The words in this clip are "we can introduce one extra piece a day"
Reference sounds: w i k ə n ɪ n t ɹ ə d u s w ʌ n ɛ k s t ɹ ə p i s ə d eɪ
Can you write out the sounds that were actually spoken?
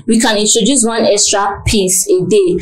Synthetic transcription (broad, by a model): w i k ə n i n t ɹ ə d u s w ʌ n ɛ k s t ɹ ə p i s ə d eɪ